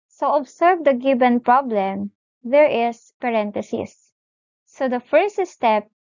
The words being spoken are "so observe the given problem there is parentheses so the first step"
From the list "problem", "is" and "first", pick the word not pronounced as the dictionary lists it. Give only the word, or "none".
is